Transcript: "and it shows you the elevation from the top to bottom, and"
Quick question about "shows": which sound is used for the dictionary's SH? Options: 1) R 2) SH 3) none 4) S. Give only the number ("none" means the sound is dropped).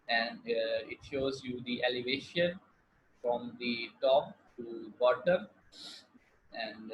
2